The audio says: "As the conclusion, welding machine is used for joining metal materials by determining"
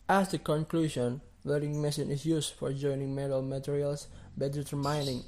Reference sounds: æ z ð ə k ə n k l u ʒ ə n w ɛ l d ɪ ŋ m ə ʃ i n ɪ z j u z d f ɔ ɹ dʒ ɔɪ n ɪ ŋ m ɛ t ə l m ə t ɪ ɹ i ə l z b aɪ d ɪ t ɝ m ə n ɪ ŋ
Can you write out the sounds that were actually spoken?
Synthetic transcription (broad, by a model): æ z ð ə k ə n k l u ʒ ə n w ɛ d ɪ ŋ m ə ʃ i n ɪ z j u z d f ɔ ɹ dʒ ɔɪ n ɪ ŋ m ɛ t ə l m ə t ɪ ɹ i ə l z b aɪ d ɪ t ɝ m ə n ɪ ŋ